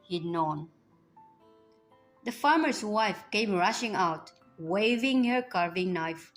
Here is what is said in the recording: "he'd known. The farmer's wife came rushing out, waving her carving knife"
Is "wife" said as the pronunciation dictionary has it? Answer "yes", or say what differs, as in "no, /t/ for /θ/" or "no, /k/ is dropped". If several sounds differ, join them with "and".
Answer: yes